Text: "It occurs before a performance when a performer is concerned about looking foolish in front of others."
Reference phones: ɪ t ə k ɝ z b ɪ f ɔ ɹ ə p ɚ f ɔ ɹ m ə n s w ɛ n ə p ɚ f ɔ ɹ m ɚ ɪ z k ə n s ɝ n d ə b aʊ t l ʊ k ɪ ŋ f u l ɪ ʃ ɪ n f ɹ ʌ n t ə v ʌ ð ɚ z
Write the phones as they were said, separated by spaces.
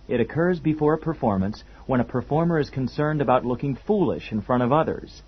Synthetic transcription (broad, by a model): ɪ t ə k ɝ z b ɪ f ɔ ɹ ə p ɚ f ɔ ɹ m ə n s w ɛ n ə p ɚ f ɔ ɹ m ɚ ɪ z k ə n s ɝ n d ə b aʊ t l ʊ k ɪ ŋ f u l ɪ ʃ ɪ n f ɹ ʌ t ə v ʌ ð ɚ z